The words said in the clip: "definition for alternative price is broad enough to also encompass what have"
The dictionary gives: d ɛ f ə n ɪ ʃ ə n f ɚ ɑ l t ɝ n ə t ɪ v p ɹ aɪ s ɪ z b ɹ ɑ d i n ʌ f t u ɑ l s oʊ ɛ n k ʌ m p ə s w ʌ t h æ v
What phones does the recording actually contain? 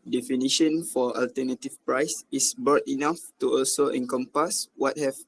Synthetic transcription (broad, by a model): d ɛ f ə n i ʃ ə n f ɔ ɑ l t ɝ n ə t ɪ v p ɹ aɪ s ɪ s b ɑ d i n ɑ f t u ɑ l s oʊ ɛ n k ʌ m p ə s w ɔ t h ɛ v